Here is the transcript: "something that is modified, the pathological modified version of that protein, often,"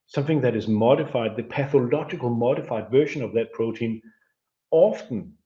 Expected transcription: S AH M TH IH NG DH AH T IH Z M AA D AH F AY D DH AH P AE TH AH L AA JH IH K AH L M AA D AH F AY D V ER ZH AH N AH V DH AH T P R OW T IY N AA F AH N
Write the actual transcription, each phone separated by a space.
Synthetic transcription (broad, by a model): S AH M TH IH NG DH AH T IH Z M AA D AH F AY D DH AH P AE TH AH L AA JH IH K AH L M AA D AH F AY D V ER SH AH N AH V DH AH T P R OW T IY N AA F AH N